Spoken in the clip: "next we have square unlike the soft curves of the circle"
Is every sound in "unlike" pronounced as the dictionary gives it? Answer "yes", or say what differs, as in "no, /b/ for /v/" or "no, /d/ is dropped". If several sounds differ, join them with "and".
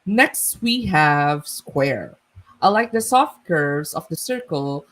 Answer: no, /n/ is dropped